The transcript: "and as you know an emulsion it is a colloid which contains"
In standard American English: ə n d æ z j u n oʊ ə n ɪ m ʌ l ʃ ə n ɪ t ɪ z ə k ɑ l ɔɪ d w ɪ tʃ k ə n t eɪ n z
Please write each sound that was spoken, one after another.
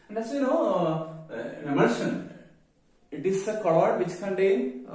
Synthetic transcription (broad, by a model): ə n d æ s j u n oʊ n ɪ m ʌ ʃ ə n ɪ t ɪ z ə k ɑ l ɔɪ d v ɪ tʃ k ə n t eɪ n